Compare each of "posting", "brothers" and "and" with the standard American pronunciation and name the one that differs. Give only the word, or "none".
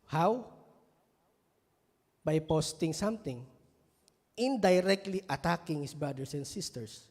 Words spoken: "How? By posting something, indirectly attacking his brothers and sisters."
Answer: brothers